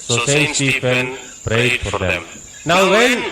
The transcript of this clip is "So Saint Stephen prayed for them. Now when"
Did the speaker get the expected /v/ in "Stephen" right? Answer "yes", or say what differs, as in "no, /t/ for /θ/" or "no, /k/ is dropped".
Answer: no, /f/ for /v/